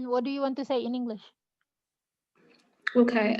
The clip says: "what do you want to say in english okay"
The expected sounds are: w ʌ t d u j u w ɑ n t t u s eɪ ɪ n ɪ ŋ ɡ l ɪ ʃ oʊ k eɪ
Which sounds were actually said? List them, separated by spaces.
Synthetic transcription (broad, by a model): w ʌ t d u j u w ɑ n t t u s eɪ ɪ n ɪ ŋ ɡ l ɪ ʃ oʊ k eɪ